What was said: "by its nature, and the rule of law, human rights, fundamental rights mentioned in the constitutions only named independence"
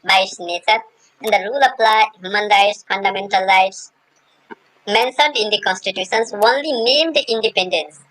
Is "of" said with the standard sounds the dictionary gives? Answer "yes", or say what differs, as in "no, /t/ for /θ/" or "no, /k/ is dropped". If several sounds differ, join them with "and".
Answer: no, /p/ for /v/